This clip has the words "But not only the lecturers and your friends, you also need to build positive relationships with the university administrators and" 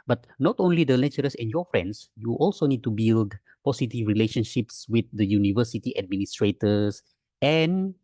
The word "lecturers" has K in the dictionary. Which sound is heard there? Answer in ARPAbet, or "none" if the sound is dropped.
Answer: none